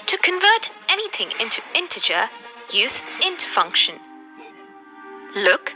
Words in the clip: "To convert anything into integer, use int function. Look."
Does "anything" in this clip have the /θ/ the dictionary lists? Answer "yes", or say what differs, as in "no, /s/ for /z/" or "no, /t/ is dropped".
yes